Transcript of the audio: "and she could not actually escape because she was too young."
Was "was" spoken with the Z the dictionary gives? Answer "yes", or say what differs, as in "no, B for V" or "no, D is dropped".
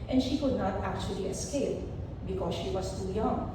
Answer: no, S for Z